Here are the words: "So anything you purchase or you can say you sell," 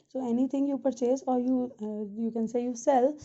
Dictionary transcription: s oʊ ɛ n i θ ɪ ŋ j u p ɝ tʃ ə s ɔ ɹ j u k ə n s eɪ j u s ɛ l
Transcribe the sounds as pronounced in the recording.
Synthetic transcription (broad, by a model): s oʊ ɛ n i t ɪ ŋ j u p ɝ tʃ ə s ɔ ɹ j u k ə n s eɪ j u s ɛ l